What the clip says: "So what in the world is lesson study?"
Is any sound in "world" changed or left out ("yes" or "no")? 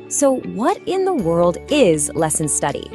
no